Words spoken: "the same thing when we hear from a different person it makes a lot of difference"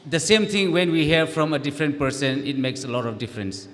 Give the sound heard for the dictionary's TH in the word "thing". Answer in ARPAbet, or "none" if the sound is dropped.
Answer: T